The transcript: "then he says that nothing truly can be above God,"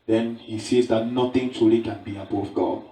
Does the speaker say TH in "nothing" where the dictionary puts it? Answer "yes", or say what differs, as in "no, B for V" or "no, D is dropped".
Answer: no, T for TH